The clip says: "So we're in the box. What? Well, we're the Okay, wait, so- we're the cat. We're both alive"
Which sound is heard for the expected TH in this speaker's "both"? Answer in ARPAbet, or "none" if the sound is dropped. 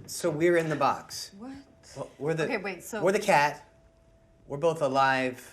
TH